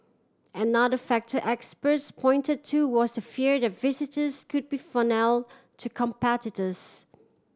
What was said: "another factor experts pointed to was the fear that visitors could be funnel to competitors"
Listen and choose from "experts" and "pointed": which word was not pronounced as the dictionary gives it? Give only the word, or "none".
none